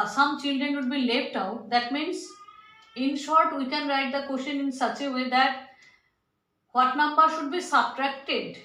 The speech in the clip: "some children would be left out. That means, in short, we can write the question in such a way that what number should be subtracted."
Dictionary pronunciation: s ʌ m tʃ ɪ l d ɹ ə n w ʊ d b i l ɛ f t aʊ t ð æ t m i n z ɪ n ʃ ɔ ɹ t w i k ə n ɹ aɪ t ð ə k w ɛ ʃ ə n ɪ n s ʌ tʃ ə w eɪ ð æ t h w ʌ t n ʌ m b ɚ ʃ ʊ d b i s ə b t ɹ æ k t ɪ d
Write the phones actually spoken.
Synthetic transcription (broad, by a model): s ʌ m tʃ ɪ l d ɹ ə n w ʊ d b i l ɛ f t aʊ t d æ t m i n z ɪ n ʃ ɔ ɹ t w i k ə n ɹ aɪ t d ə k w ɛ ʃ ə n ɪ n s ʌ tʃ ə w eɪ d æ t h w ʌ t n ʌ m b ɚ ʃ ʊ d b i s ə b t ɹ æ k t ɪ d